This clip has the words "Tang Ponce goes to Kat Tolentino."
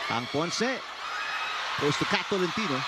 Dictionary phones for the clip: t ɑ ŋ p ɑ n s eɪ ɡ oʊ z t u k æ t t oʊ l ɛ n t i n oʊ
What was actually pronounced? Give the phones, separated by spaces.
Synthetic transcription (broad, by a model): ɑ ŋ p ɑ n s eɪ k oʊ s t u k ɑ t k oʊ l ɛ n t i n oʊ